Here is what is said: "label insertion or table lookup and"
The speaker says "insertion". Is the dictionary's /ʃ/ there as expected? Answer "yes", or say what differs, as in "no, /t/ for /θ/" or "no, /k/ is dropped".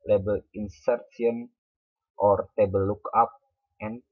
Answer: no, /s/ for /ʃ/